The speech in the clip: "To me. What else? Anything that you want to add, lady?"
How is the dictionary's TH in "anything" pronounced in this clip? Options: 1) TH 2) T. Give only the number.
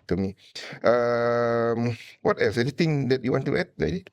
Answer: 2